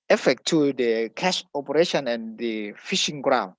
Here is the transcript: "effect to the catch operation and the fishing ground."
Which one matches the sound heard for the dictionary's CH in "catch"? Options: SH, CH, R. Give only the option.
SH